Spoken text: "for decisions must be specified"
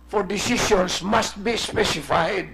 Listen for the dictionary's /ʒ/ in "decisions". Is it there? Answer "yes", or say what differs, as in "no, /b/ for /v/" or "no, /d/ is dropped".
no, /ʃ/ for /ʒ/